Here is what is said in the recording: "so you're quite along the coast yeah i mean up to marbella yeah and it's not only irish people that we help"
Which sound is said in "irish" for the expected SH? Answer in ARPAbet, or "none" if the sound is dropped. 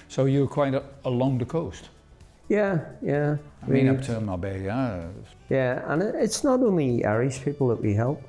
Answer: S